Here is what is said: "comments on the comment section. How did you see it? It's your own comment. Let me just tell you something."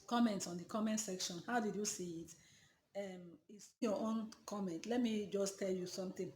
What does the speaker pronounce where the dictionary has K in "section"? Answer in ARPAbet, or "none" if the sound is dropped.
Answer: K